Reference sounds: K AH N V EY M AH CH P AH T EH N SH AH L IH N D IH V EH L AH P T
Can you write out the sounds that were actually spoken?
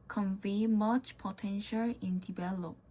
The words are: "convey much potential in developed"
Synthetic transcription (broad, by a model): K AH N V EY M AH CH P AH T EH N SH AH L IH N D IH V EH L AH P